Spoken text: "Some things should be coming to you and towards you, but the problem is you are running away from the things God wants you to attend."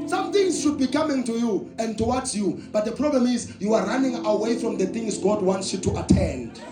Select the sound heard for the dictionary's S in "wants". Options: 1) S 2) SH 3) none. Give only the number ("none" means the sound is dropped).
1